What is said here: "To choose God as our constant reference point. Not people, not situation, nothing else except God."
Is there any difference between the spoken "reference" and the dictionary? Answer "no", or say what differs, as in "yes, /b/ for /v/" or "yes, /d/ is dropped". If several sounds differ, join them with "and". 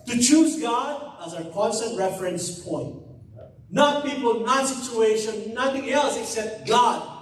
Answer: no